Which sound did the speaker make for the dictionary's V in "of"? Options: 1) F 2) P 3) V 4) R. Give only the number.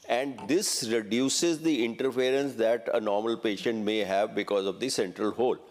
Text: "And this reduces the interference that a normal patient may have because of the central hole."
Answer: 3